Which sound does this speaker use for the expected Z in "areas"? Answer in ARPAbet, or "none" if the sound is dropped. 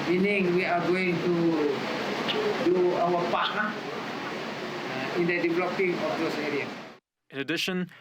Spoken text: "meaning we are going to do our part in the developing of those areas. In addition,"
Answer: none